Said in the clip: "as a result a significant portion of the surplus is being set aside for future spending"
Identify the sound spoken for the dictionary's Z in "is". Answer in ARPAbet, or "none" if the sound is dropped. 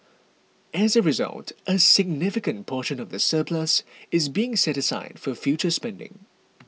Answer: Z